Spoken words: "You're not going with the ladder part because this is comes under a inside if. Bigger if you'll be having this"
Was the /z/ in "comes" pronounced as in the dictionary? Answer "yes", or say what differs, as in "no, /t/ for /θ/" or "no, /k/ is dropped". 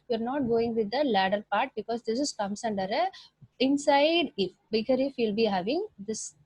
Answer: no, /s/ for /z/